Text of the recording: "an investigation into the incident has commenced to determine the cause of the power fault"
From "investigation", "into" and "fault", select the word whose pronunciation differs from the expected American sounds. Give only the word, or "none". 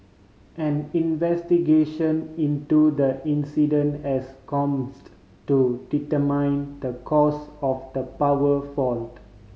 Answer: none